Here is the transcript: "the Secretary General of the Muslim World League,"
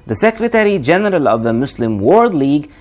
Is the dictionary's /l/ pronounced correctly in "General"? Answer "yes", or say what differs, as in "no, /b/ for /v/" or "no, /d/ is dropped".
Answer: yes